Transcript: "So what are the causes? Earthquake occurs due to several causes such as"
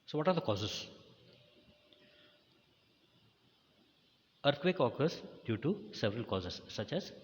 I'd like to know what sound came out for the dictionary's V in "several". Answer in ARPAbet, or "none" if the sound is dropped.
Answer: V